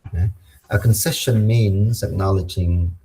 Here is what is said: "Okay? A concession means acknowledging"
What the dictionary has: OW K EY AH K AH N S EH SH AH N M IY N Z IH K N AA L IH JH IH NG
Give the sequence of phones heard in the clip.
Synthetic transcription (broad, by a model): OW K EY AH K AH N S EH SH AH N M IY N Z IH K N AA L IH JH IH NG